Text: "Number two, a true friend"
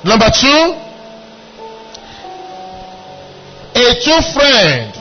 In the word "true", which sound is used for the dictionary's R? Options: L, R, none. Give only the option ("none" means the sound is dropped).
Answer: none